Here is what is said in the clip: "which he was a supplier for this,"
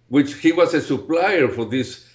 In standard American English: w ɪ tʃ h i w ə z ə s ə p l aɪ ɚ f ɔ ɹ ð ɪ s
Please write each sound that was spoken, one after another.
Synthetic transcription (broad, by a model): w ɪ tʃ h i w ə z ə s ə p l aɪ ɚ f ɔ ɹ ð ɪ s